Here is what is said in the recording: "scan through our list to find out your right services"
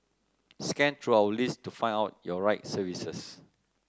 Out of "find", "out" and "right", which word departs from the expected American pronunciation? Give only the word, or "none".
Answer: find